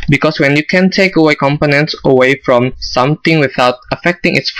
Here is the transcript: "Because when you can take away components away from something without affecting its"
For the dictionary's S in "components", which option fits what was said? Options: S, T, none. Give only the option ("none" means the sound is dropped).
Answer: S